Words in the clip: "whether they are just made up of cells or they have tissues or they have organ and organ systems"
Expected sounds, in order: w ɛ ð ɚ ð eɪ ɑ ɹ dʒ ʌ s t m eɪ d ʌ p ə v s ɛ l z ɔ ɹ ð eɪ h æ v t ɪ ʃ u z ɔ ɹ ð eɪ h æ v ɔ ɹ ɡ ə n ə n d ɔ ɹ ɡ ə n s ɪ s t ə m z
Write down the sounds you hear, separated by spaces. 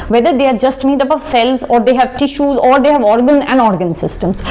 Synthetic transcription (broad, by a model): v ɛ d ɚ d eɪ ɑ ɹ dʒ ʌ s t m eɪ d ʌ p ə v s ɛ l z ɔ ɹ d eɪ h æ v t ɪ ʃ u z ɔ ɹ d eɪ h æ v ɔ ɹ ɡ ə n ə n d ɔ ɹ ɡ ə n s ɪ s t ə m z